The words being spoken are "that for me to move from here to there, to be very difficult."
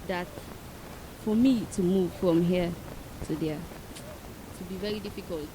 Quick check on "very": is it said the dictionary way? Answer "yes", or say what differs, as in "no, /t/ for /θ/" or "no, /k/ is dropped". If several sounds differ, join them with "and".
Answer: no, /ɹ/ is dropped